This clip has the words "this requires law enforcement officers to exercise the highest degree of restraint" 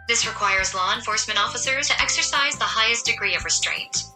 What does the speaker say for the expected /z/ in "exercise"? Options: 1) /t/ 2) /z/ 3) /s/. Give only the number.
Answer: 2